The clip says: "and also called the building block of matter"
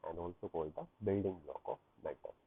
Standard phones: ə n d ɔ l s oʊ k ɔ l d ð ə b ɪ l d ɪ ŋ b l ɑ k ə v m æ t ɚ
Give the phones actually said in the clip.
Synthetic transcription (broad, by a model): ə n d ɔ l s oʊ k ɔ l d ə b ɪ l d ɪ ŋ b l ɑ k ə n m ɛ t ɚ